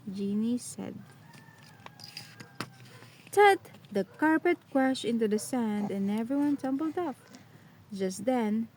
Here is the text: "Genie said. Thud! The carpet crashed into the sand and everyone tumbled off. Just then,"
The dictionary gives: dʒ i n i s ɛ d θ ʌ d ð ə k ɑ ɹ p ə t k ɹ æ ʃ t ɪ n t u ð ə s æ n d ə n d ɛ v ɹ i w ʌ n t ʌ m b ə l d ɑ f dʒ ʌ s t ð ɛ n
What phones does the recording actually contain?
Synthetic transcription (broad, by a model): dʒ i n i s ɛ d t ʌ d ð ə k ɑ ɹ p ə t k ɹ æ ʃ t ɪ n t u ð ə s æ n d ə n ɛ v ɹ i w ʌ n t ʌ m b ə l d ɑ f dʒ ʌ s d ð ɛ n